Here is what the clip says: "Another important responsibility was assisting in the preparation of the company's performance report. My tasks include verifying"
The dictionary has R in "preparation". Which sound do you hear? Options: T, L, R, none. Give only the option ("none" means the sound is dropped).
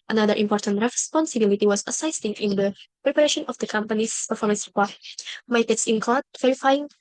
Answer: R